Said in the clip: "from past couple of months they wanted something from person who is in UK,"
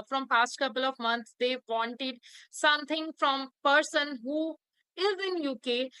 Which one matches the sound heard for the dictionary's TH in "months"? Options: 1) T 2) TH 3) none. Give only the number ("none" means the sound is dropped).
1